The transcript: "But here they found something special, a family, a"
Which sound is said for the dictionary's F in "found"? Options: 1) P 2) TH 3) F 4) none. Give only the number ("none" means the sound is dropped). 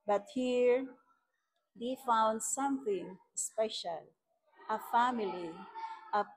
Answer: 3